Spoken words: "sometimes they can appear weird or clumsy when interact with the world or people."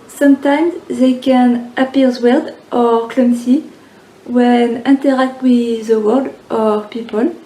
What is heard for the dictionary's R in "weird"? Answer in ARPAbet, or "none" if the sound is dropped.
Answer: L